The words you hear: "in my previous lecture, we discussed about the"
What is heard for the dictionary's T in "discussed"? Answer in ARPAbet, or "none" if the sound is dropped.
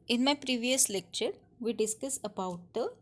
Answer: none